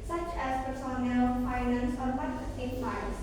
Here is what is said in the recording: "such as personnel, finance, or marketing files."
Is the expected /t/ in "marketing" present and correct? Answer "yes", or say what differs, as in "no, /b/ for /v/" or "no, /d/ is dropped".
no, /s/ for /t/